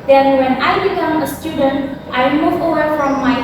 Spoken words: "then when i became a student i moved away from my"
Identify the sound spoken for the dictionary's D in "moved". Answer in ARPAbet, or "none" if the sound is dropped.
none